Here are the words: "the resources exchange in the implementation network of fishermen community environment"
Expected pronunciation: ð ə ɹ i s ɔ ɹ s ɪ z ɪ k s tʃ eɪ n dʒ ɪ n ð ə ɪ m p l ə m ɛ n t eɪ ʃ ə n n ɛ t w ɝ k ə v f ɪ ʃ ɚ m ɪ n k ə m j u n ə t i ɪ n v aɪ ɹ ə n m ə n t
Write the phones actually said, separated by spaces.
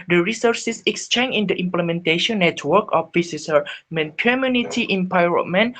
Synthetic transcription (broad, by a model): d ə ɹ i s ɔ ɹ s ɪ s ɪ k s tʃ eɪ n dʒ ɪ n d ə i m p l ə m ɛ n t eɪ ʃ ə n n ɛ t w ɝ k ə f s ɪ s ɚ m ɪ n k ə m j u n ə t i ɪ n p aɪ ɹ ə m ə n